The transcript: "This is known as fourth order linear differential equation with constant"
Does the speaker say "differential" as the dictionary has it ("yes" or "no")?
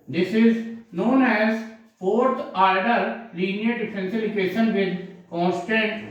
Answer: no